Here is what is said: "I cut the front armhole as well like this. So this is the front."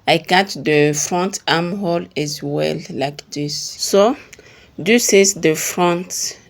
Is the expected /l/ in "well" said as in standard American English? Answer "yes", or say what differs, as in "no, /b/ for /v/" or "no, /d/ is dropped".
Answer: yes